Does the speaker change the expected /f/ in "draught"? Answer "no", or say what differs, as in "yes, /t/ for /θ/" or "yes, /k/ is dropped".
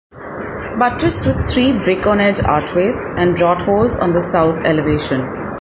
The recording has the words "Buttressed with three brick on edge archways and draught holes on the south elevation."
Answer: yes, /f/ is dropped